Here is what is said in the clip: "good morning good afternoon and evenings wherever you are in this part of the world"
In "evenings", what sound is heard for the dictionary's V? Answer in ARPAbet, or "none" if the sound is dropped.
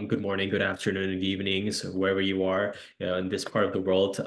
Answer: V